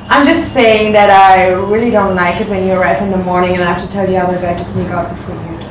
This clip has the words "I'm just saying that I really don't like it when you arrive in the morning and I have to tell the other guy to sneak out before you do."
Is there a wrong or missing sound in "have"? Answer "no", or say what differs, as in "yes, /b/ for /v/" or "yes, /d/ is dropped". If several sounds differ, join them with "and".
yes, /f/ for /v/